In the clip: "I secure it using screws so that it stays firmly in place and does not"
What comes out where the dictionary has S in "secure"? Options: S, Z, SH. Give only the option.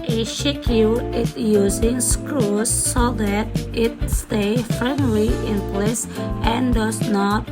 SH